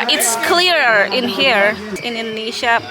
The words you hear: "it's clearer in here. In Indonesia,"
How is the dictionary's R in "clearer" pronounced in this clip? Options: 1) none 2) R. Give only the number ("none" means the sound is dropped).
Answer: 2